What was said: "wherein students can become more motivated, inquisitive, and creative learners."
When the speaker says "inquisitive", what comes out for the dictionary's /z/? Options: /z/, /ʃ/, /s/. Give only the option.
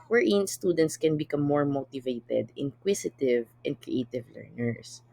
/s/